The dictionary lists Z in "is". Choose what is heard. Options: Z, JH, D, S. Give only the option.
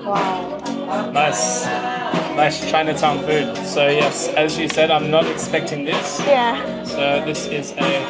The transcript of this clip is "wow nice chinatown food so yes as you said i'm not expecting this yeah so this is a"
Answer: Z